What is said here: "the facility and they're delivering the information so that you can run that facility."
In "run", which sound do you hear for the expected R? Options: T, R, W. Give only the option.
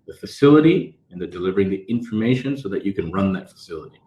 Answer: R